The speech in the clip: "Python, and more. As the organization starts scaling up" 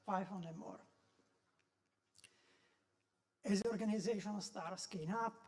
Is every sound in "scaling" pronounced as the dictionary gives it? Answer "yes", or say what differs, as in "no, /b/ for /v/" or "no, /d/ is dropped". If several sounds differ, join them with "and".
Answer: no, /n/ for /l/